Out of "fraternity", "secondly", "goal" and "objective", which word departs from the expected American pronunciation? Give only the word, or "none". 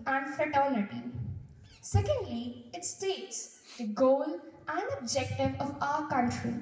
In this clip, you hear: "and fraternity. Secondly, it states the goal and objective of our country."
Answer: fraternity